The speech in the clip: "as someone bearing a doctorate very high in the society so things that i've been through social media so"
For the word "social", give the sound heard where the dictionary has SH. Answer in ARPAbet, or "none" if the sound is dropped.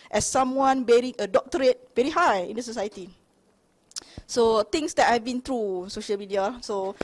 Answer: SH